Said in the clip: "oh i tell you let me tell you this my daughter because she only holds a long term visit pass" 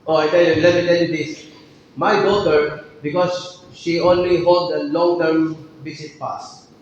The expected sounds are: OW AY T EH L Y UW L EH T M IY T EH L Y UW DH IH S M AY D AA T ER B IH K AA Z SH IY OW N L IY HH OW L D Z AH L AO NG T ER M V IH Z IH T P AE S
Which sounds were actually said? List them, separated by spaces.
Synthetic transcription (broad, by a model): OW AY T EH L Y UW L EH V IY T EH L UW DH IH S M AY D AA T ER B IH K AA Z SH IY OW N L IY HH OW L D AH L AO NG T ER M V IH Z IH T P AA S